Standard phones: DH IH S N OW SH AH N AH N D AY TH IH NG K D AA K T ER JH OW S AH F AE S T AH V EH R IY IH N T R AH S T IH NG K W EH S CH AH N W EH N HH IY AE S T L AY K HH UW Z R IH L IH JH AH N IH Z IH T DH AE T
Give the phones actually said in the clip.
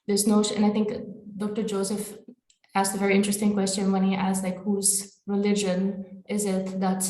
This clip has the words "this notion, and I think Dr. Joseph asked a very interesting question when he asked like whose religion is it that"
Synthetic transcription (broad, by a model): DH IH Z N OW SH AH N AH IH T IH NG K D AA K T ER JH OW S AH F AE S AH V EH R IY IH N T R AH S T IH NG K W EH S CH AH N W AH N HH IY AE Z L AY K HH UW Z R IH L IH JH AH N IH Z IH T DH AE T